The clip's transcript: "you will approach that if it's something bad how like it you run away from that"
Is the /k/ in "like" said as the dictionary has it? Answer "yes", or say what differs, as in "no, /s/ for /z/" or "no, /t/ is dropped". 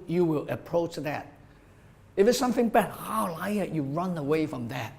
no, /k/ is dropped